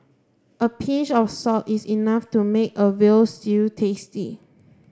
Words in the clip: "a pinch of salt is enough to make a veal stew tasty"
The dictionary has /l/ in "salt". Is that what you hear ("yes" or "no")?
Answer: no